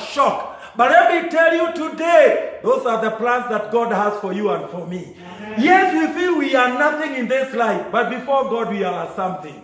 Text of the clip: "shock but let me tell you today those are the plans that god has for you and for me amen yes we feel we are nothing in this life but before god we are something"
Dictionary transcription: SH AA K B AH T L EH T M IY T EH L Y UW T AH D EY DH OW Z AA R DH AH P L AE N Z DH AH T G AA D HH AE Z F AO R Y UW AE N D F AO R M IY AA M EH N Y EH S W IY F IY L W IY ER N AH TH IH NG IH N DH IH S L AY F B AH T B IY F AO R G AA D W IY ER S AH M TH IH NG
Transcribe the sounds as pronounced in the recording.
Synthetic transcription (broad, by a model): SH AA K B AH T L EH T M IY T EH L Y UW T AH D EY DH OW Z AA R DH AH P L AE N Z DH AH T G AA D HH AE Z F AO R Y UW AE N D F AO R M IY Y EH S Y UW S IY IY W IY ER N AH TH IH NG IH N DH IH S L AY F B AH T B IY F AO R G AA D W IY ER S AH M TH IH NG